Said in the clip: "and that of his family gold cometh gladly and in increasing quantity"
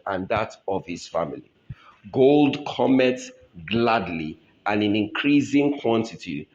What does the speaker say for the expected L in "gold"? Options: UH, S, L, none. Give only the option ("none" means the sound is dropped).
L